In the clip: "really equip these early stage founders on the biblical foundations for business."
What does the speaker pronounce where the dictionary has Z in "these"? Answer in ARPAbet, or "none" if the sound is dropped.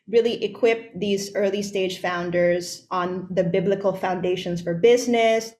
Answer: Z